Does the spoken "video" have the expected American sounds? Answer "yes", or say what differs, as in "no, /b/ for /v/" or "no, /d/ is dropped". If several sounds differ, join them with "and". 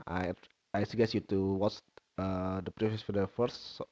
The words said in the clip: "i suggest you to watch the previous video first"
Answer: no, /f/ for /v/